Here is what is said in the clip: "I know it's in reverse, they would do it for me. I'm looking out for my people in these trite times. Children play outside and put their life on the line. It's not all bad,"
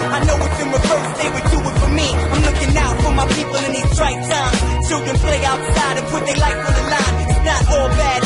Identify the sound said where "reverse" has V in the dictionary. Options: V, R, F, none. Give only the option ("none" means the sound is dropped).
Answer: none